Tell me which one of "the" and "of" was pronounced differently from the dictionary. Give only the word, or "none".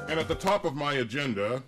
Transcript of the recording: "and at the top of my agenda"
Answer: none